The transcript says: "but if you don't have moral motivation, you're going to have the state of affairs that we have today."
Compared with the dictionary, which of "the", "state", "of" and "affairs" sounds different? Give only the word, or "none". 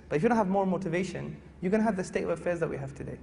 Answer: none